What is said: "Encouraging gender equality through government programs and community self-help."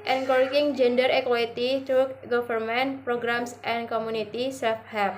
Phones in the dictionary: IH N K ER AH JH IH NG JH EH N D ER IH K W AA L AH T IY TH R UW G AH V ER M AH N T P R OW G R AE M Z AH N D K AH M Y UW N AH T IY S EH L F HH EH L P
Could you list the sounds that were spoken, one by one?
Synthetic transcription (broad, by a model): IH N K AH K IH NG JH EH N D ER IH K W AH T IY T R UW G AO F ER M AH N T P R OW G R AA M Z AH N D K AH M UW N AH T IY S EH F HH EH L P